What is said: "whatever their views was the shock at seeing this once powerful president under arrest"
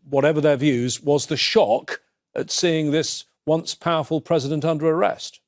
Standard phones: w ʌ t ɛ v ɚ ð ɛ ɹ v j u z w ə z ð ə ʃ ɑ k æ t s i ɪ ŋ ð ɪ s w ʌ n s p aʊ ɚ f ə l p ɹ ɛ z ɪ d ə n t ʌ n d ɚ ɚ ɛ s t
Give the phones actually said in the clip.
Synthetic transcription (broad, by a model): w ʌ t ɛ v ɚ ð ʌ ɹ v j u z w ə z ð ə ʃ ɑ k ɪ t s i ɪ ŋ ð ɪ s w ʌ n s p aʊ ɚ f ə l p ɹ ɛ z ɪ d ə n t ʌ n d ɚ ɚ ɛ s t